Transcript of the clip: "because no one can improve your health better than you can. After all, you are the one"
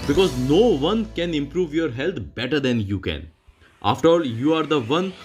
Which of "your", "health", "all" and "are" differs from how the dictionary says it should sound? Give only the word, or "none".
health